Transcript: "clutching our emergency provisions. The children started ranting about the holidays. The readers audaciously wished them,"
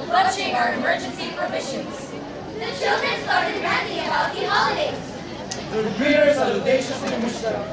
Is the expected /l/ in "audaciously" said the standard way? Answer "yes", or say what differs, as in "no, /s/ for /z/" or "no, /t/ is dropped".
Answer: no, /l/ is dropped